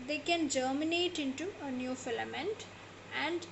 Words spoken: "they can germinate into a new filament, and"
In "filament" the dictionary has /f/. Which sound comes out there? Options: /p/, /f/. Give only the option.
/f/